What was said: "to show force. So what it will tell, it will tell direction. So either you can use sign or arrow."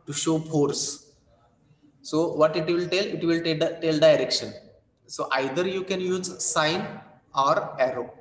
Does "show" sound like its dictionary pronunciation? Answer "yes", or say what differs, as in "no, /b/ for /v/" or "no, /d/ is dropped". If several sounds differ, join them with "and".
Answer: yes